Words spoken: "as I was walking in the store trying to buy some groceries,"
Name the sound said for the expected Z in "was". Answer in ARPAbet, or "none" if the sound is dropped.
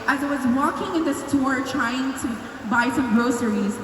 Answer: Z